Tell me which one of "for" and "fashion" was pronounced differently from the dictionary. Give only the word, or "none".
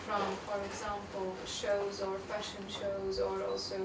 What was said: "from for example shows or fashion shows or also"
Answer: none